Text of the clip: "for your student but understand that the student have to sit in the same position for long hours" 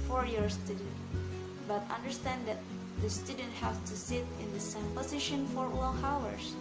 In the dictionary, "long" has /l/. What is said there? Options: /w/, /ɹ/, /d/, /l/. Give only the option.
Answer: /w/